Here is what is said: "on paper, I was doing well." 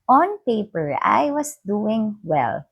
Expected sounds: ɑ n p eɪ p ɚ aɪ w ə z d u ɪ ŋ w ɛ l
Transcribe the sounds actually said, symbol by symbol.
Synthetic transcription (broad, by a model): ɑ n p eɪ p ɚ aɪ w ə s d u ɪ ŋ w ɛ l